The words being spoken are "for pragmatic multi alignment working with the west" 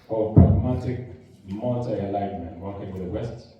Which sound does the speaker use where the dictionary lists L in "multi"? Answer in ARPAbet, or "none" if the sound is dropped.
none